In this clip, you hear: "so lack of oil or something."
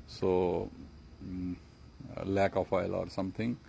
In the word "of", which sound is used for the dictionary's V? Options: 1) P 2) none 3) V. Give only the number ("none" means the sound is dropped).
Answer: 1